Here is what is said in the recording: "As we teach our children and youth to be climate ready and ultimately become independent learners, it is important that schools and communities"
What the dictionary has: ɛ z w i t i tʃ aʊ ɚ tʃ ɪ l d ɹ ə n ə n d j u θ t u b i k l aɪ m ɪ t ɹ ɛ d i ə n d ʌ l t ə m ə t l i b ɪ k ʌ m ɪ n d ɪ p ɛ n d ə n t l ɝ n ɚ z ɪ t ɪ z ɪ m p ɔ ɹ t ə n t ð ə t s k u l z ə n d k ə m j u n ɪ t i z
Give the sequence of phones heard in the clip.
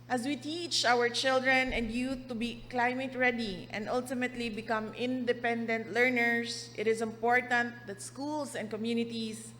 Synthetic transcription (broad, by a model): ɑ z w i t i tʃ aʊ ɚ tʃ ɪ l d ɹ ə n ə n d j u t u b i k l aɪ m ɪ t ɹ ɛ d i ə n d ʌ l t ə m ə t l i b ɪ k ʌ m ɪ n d ɪ p ɛ n d ə n t l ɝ n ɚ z ɪ t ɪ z ɪ m p ɔ ɹ t ə n t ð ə t s k u l s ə n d k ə m j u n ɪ t i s